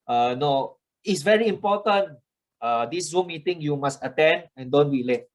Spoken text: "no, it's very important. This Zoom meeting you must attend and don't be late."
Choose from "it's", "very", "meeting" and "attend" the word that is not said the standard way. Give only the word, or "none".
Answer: none